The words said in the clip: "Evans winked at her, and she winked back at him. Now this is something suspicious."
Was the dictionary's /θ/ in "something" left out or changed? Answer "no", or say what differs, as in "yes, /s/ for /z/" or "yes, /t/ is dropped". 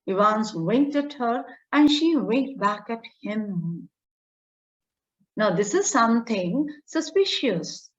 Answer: yes, /t/ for /θ/